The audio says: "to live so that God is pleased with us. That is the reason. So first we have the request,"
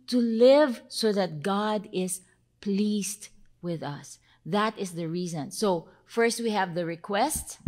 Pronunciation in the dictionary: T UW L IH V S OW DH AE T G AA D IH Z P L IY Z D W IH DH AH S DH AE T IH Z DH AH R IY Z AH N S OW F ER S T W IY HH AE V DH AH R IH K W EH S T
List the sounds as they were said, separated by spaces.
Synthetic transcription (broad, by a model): T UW L IH V S OW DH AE T G AA D IH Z P L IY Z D W IH DH AH S DH AE T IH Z DH AH R IY Z AH N S OW F ER S T W IY HH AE V DH AH R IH K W EH S T